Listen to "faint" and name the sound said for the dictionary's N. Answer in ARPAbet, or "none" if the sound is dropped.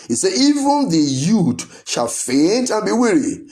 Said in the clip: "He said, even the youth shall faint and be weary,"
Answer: N